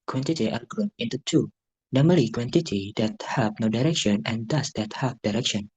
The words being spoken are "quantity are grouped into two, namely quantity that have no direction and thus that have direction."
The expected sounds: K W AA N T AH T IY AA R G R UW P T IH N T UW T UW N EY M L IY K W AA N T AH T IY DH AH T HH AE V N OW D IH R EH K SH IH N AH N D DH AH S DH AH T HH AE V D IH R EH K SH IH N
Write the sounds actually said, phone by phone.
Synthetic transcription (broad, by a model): K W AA N T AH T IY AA L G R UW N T IH N T UW T UW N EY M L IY K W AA N T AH T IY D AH T HH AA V N OW D IH R EH K SH IH N AH N D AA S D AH T HH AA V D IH R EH K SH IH N